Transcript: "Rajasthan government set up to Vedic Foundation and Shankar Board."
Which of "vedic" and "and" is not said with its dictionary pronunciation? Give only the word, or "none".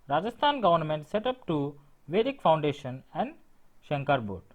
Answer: none